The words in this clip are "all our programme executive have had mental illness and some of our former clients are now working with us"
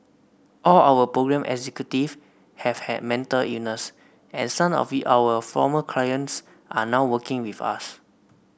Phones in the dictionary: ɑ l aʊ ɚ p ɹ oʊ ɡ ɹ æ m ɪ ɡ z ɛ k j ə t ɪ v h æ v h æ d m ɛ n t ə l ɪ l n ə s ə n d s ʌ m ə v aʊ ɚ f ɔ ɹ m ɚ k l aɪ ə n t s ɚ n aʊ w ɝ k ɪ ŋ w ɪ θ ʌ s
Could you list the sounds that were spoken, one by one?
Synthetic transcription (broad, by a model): ɑ l aʊ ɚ p ɹ oʊ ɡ ɹ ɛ m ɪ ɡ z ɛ k j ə t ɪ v h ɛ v h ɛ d m ɛ n t ə l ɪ n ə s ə n s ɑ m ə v aʊ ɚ f ɔ m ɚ k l aɪ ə n t s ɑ n aʊ w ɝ k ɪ ŋ w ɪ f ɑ s